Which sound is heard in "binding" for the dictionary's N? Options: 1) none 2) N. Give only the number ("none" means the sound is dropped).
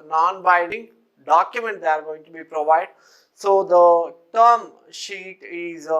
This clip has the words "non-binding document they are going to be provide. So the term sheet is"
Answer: 1